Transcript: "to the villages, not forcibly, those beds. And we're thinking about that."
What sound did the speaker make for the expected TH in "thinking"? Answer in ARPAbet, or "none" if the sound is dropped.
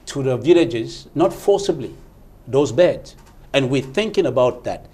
TH